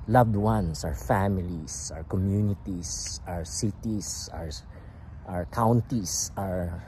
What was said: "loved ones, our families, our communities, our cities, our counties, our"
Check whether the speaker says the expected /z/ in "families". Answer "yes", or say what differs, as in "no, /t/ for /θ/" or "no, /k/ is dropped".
no, /s/ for /z/